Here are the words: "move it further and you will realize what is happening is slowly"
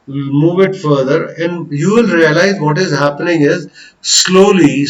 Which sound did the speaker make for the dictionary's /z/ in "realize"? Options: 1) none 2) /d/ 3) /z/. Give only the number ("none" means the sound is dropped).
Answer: 3